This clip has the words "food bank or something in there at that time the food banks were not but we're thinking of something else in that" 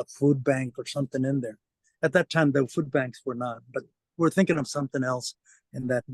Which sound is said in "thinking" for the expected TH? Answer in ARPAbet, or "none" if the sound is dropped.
TH